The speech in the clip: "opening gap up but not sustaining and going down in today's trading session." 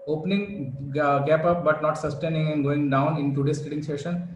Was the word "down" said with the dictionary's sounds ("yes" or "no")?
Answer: yes